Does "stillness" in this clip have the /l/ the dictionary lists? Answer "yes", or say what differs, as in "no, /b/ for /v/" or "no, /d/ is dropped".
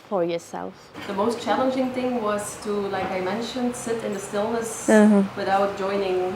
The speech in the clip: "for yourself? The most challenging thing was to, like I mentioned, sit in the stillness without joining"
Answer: yes